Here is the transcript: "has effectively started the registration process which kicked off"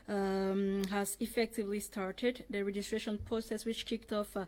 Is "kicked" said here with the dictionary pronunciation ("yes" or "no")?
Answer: yes